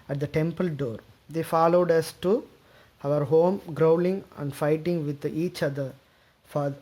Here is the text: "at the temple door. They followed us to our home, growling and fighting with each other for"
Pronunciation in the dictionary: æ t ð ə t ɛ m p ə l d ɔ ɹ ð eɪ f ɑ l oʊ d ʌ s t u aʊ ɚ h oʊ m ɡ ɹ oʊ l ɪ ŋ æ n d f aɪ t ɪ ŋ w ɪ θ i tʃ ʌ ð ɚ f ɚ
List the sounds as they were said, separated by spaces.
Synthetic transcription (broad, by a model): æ t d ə t ɛ m p ə l d ɔ ɹ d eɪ f ɑ l oʊ d ʌ s t u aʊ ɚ h oʊ m ɡ ɹ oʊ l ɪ ŋ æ n d f aɪ t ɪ ŋ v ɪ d i tʃ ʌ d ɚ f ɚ